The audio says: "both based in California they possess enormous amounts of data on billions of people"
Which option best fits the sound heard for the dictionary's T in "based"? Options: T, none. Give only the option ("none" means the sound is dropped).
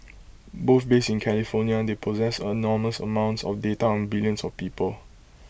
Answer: none